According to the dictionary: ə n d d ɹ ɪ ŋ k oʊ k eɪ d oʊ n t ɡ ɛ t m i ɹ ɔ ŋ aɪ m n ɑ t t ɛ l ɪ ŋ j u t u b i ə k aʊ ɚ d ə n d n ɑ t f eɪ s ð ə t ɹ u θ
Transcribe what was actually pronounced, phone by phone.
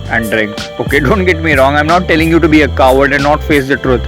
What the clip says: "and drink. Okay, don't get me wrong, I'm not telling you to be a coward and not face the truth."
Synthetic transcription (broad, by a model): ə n d d ɹ ɪ ŋ k oʊ k eɪ d oʊ n t ɡ ɛ t m i ɹ ɔ ŋ aɪ m n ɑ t t ɛ l ɪ ŋ j u t u b i ə k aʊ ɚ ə l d n ɑ t f eɪ s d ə t ɹ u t